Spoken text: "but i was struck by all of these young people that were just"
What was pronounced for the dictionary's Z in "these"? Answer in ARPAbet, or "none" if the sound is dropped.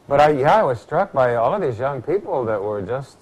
Z